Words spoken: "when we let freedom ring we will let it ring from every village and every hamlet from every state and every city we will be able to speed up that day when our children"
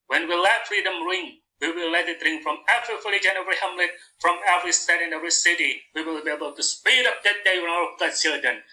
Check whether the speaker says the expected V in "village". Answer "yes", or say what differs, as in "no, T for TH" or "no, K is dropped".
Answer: no, F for V